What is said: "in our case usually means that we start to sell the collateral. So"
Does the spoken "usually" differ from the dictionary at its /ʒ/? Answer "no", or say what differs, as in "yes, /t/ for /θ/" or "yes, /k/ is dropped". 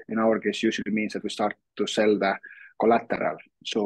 yes, /s/ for /ʒ/